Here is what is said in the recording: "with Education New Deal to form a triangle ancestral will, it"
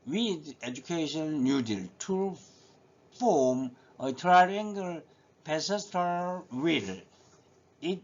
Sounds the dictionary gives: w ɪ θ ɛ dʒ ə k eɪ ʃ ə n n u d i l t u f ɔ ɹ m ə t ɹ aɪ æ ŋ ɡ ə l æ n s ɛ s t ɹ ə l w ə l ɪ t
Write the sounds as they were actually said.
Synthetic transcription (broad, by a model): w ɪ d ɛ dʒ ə k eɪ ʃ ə n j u d i l t u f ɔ m ə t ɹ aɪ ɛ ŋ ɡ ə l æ s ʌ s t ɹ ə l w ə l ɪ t